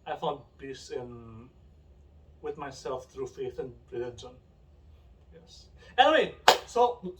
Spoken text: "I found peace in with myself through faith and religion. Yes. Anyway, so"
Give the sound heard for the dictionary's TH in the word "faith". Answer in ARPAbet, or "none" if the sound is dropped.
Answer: TH